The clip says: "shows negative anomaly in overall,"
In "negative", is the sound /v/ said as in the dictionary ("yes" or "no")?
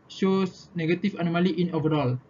no